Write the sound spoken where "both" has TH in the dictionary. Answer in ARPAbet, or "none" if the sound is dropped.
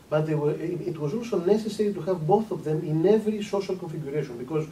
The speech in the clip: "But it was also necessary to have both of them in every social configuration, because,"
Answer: TH